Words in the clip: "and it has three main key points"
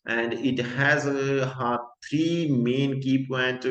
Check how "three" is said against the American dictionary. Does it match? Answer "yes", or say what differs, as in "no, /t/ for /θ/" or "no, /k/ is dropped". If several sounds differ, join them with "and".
no, /t/ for /θ/